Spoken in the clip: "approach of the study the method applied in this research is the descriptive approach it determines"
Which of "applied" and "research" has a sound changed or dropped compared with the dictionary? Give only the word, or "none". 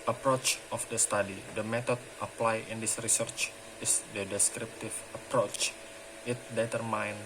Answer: none